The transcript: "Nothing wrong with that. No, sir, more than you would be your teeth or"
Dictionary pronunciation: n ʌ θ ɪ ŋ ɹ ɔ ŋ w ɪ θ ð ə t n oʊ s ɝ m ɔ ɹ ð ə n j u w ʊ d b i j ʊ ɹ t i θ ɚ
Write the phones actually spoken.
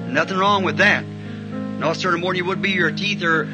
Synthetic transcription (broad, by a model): n ʌ θ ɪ ŋ ɹ ɔ ŋ w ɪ ð ə t n oʊ s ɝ m ɔ ɹ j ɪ w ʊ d b i j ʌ ɹ t i θ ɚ